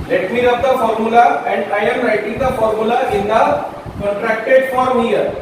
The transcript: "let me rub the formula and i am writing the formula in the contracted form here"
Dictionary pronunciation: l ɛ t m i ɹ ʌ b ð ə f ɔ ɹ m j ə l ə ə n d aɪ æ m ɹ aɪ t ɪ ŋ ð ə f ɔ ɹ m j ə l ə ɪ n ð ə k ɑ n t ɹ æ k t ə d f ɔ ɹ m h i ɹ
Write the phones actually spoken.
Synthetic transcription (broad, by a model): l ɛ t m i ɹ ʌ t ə f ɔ ɹ m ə l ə ə n d aɪ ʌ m ɹ aɪ t ɪ ŋ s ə f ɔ ɹ m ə l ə ɪ n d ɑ t ɹ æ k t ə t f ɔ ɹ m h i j